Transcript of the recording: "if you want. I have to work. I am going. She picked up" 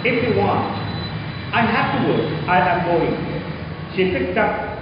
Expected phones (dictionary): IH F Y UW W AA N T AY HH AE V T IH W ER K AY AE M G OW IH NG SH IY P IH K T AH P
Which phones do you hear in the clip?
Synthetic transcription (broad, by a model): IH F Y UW W AA N T AY HH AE F T IH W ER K AY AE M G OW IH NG SH IY P IH K T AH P